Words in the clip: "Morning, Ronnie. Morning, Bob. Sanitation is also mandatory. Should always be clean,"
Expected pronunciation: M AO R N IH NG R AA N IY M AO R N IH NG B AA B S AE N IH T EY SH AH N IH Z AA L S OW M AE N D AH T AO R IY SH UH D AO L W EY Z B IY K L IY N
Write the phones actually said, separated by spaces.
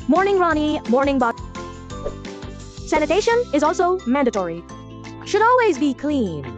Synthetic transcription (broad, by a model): M AO R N IH NG R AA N IY M AO R N IH NG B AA S AE N IH T EY SH AH N IH Z AA L S OW M AE N D AH T AO R IY SH UH D AO L W EY Z B IY K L IY N